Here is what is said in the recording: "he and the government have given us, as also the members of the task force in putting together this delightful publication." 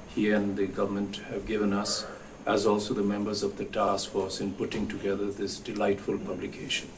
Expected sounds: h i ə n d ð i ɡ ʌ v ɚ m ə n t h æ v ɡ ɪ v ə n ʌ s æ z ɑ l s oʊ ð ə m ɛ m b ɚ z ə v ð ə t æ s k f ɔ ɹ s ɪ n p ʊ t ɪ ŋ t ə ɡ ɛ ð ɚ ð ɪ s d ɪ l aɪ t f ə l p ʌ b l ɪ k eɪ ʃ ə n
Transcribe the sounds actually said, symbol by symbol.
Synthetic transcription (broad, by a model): h i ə n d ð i ɡ ʌ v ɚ m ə n t h æ v ɡ ɪ v ə n ʌ s æ z ɑ l s oʊ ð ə m ɛ m b ɚ z ə v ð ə t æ s k f ɔ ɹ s ɪ n p ʊ t ɪ ŋ t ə ɡ ɛ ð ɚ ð ɪ s d ɪ l aɪ t f ə l p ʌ b l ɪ k eɪ ʃ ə n